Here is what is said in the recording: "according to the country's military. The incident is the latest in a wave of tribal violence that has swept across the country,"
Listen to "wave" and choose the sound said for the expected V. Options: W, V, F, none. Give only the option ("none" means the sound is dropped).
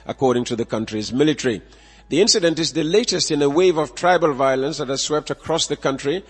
V